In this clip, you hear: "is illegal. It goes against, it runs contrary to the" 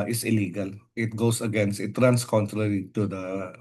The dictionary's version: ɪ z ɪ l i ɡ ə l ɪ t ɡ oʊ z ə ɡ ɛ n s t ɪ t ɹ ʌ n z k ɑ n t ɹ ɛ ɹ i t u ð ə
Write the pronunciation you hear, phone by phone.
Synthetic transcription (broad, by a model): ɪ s ɪ l i ɡ ə l ɪ t ɡ oʊ s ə ɡ ɛ n s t ɪ t ɹ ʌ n s k ɑ n t ɹ ɛ ɹ i t u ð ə